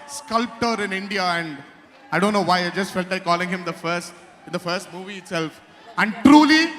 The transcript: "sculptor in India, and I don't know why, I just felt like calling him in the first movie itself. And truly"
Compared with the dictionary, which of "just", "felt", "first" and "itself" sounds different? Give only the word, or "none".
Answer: none